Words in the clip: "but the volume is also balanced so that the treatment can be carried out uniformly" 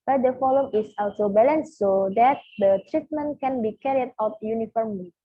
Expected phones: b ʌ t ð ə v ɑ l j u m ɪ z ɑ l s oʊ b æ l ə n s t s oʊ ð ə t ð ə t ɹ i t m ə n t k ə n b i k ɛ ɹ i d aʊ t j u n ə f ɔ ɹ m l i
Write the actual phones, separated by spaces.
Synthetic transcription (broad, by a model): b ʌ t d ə f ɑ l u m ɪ s ɑ l s oʊ b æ l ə n s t s oʊ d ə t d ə t ɹ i t m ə n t k ə n b i k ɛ ɹ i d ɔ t j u n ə f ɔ ɹ m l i